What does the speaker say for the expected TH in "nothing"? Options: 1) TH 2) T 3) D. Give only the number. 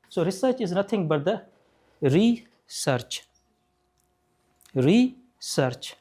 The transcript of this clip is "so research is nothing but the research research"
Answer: 2